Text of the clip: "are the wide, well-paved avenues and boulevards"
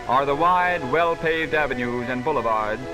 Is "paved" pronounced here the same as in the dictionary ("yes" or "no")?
yes